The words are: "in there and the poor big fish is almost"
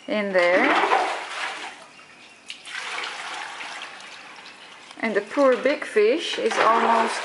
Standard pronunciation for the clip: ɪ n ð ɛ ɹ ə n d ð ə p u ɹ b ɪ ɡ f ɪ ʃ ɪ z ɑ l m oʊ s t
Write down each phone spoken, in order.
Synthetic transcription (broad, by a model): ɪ n ð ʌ ɹ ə n ð ə p u ɹ b ɪ ɡ f ɪ ʃ ɪ z ɑ l m oʊ s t